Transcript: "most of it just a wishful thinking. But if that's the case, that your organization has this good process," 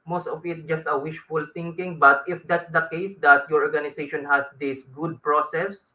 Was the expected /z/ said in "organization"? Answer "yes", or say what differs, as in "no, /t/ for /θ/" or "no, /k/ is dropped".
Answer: no, /s/ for /z/